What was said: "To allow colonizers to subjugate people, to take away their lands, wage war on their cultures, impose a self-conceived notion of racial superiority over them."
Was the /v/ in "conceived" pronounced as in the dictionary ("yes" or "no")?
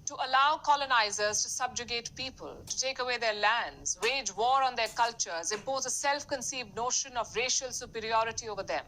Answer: yes